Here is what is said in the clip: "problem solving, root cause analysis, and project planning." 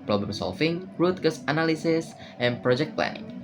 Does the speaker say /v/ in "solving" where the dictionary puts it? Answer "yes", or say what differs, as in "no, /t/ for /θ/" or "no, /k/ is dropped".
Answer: no, /f/ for /v/